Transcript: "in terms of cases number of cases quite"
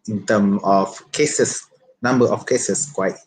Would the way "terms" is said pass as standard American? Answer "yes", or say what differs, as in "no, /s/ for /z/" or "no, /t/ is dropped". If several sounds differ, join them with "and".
no, /z/ is dropped